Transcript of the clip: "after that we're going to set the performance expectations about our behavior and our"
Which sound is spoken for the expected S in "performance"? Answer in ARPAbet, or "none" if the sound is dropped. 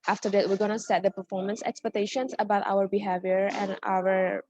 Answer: S